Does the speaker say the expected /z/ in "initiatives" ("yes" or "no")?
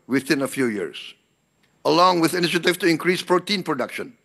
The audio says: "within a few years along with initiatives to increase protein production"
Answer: no